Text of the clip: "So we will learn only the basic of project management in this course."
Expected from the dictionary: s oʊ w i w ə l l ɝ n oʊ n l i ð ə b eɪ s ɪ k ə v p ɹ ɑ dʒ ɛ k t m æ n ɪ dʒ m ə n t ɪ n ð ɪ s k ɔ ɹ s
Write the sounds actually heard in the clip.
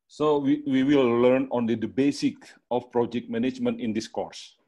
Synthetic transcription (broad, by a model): s oʊ w i w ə w l ɝ n oʊ n l i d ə b eɪ s ɪ k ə f p ɹ ɑ dʒ ɛ k t m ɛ n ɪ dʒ m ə n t ɪ n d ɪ s k ɔ ɹ s